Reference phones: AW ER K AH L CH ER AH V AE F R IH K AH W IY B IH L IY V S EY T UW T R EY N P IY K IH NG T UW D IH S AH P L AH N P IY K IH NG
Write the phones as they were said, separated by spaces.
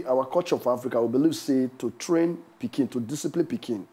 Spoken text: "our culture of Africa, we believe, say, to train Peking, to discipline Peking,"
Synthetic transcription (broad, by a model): AW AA K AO CH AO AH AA F R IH K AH W IY B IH L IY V S EY T UW T R EY N P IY K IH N T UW D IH S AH P L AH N P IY K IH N